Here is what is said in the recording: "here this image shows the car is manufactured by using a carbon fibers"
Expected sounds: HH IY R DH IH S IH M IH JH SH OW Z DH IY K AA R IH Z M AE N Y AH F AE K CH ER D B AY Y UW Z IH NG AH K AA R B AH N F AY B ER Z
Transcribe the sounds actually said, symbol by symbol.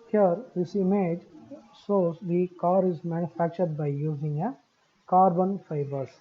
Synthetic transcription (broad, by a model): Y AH R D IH S IH M IH JH S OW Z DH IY K AA R IH Z M AE N Y AH F AE K CH ER D B AY Y UW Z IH NG AH K AA R B AH N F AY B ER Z